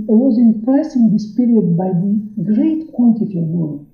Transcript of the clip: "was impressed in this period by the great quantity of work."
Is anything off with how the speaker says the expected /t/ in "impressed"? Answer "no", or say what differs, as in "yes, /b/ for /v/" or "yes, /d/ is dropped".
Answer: yes, /t/ is dropped